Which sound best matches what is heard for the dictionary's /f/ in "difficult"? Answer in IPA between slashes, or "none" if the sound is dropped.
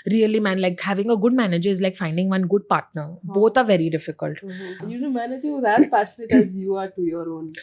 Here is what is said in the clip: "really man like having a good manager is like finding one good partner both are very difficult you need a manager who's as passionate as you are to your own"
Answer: /f/